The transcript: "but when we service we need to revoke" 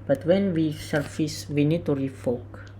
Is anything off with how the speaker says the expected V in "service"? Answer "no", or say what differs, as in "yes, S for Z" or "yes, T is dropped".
yes, F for V